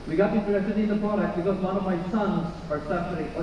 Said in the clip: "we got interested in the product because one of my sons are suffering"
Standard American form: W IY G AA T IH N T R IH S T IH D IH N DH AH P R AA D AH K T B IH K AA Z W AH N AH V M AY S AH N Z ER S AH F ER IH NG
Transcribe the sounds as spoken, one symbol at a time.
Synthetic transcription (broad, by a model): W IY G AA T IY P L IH T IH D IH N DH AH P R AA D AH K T B IH K AA Z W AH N AH V M AY S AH N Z ER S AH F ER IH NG